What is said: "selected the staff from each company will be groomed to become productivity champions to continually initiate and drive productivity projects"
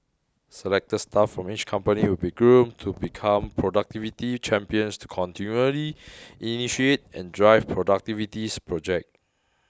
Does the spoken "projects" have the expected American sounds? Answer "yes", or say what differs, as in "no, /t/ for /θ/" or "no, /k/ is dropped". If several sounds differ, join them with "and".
no, /s/ is dropped